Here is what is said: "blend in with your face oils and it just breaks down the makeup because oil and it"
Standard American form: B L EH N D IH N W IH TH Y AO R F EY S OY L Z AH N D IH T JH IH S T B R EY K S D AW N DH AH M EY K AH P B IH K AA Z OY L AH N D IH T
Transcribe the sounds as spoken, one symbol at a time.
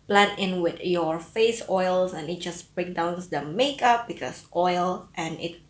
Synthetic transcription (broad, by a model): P L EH N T IH N W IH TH Y AO R F EY S OY L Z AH N IH T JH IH S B R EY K D AW N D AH M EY K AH P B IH K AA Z OY L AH N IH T